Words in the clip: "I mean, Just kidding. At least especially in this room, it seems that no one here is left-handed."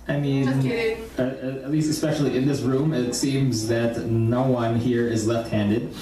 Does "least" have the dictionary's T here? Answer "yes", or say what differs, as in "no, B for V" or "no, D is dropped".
yes